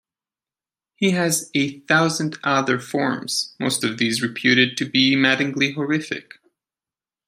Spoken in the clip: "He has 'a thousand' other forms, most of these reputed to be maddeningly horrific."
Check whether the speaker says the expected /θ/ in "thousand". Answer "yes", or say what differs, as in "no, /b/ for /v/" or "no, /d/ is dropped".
yes